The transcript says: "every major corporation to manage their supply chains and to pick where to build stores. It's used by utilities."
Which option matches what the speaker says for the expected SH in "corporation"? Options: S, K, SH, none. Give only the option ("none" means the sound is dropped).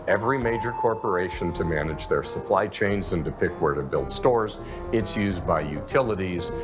SH